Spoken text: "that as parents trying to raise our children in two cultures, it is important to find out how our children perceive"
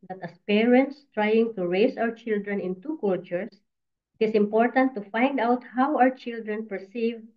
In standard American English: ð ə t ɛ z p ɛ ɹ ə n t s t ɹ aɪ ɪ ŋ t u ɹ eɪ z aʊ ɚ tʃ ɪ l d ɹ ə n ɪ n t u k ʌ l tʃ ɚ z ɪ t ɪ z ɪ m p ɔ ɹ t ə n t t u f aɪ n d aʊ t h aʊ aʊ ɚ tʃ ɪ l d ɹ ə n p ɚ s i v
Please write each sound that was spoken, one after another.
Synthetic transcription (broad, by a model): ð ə t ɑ s p ɛ ɹ ə n t s t ɹ aɪ ɪ ŋ t u ɹ eɪ s aʊ ɚ tʃ ɪ l d ɹ ə n ɪ n t u k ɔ l tʃ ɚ s ɪ t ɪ s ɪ m p ɔ ɹ t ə n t t u f aɪ n d aʊ t h aʊ aʊ ɚ tʃ ɪ l d ɹ ə n p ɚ s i v